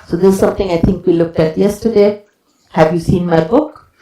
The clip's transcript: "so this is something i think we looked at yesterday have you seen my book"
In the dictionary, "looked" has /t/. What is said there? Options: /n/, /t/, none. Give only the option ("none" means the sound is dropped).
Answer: /t/